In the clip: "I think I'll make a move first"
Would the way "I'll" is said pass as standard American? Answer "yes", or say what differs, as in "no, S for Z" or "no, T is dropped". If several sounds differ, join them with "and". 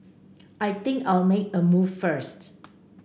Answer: yes